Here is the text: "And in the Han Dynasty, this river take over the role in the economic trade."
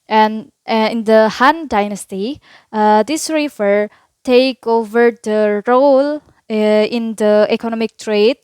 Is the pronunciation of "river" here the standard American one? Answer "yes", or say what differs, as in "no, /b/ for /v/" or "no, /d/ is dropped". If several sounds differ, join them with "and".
no, /f/ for /v/